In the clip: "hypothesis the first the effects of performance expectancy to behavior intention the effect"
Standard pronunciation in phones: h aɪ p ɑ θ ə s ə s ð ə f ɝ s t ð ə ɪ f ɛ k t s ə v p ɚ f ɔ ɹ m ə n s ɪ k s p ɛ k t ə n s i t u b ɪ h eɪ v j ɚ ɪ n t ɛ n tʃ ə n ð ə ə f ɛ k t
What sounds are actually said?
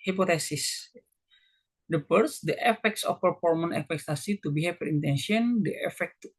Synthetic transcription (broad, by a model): h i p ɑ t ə s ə s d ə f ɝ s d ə ɪ f ɛ k t s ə f p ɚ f ɔ ɹ m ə n ɪ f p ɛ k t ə s i t u b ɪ h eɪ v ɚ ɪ n t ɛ n ʃ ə n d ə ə f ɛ k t